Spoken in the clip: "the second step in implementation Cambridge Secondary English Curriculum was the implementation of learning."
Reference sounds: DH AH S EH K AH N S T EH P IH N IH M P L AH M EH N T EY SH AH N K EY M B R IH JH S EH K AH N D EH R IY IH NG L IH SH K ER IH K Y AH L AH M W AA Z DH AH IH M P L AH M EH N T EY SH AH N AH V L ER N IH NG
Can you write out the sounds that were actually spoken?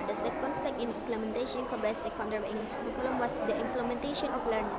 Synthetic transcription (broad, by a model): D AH S EH K AH N S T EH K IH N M P L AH M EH N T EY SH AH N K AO B IH S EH K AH N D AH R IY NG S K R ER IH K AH L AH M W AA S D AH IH M P L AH M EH N T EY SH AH N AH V L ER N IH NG